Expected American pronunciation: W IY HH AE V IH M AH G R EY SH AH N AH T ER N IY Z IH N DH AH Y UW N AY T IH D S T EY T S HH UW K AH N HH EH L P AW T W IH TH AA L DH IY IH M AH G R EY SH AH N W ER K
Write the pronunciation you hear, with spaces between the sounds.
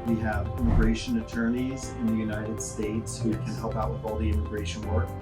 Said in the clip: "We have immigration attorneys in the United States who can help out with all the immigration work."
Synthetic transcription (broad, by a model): W IY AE V IH M AH G R EY SH AH N AH T ER N IY Z IH N DH AH Y UW N AY T IH D S T EY T S HH UW K AH N HH EH L P AW T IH AA L DH IY IH M AH G R EY SH AH N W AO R